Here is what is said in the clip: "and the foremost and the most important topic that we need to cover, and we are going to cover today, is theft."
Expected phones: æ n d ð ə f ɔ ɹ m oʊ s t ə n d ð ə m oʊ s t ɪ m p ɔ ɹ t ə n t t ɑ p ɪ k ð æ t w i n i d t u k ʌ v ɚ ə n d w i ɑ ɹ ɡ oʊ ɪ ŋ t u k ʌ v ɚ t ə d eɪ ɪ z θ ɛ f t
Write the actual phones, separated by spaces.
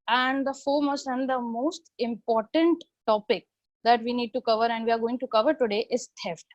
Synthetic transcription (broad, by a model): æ n d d ə f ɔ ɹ m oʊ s ə n d ə m oʊ s t ɪ m p ɔ ɹ t ə n t t ɑ p ɪ k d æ t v i n i d t u k ʌ v ɚ ə n d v i ɑ ɹ ɡ oʊ ɪ ŋ t u k ʌ v ɚ t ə d eɪ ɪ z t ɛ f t